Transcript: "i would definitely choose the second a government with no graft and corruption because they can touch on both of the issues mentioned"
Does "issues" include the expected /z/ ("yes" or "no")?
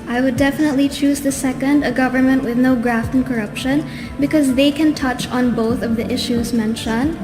yes